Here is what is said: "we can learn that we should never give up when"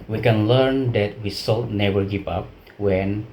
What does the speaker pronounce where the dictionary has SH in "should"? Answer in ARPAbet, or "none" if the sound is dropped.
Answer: S